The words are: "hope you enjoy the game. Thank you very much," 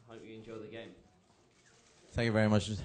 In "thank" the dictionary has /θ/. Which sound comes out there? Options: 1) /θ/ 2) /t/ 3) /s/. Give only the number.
1